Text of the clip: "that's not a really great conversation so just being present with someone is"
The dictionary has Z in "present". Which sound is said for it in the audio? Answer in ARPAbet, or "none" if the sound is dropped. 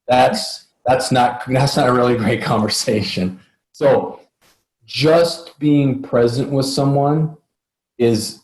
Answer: Z